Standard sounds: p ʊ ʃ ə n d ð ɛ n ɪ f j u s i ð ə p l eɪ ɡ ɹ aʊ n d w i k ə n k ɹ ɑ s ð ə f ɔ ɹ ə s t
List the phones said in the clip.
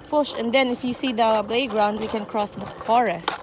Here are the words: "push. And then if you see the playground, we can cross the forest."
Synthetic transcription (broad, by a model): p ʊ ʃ ə n d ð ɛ n ɪ f j u s i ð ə b l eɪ ɡ ɹ aʊ n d w i k ə n k ɹ ɑ s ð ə f ɔ ɹ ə s t